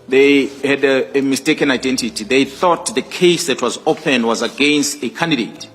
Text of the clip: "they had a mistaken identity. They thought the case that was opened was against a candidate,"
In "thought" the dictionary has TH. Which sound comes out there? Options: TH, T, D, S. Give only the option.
TH